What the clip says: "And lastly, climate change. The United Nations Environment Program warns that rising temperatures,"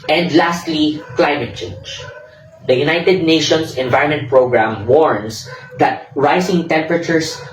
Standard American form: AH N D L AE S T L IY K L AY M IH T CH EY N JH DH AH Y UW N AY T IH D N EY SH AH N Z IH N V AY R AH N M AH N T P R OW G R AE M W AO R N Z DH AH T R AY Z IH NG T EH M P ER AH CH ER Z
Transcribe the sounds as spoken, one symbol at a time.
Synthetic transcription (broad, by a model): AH N D L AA S T L IY K L AY M IH T CH EY N JH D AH Y UW N AY T IH D N EY SH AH N S IH N V AY R AH N M AH N T P R OW G R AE M W AO R N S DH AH T R AY S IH NG T EH M P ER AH CH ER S